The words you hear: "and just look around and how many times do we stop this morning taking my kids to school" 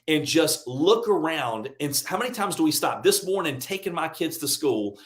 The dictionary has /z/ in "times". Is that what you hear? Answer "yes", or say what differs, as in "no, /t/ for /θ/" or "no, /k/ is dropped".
yes